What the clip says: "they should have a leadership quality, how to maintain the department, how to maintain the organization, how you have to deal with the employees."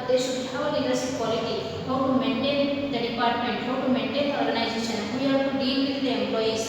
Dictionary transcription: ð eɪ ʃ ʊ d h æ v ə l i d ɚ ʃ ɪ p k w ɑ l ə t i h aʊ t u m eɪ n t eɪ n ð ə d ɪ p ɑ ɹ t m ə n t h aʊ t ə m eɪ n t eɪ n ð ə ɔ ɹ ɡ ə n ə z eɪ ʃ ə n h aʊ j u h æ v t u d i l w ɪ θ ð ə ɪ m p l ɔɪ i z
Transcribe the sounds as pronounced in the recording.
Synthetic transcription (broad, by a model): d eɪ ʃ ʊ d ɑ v ə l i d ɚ s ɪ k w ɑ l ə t i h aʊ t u m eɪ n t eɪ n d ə d ɪ p ɑ ɹ t m ə n t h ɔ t m eɪ n t eɪ n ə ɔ ɹ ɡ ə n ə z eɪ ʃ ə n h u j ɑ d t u d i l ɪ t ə m p l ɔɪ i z